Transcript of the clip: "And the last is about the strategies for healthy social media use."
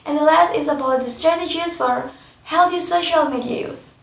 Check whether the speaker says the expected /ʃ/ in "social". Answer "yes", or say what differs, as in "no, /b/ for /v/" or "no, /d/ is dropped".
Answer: yes